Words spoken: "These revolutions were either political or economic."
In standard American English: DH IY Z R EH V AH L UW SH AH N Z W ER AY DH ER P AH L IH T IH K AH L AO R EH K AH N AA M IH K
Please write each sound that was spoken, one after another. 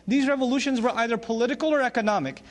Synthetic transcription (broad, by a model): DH IY Z R EH V AH L UW SH AH N Z W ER AY DH ER P AH L IH T IH K AH L AO R EH K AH N AA M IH K